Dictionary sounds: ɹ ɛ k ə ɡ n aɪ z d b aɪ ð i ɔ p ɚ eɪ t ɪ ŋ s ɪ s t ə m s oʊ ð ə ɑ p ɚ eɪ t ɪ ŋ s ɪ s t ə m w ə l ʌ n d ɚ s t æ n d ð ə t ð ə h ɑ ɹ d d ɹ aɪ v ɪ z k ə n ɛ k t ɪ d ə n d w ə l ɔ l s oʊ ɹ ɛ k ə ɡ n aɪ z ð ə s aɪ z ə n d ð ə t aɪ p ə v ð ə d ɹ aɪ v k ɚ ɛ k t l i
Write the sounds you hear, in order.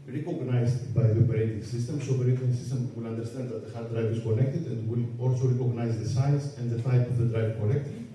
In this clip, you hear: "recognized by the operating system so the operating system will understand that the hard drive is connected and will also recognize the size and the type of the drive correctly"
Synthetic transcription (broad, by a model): ɹ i k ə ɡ n aɪ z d b aɪ ð i ɔ p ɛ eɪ t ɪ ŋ s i s t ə m s oʊ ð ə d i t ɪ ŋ s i s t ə m w ə l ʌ n d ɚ s t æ n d ð ə t ð ə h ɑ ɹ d d ɹ aɪ v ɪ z k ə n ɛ k t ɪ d ə n d w ə l ɔ l s oʊ ɹ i k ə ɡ n aɪ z ð ə s aɪ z ə n d ð ə t aɪ p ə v ð ə d ɹ aɪ v k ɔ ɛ k t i